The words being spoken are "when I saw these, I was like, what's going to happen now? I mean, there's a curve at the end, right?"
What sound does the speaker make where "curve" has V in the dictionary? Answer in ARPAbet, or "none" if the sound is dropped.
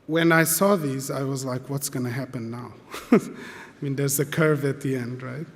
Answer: V